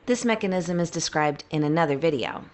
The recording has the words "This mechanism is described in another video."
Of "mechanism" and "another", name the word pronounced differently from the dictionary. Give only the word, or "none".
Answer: none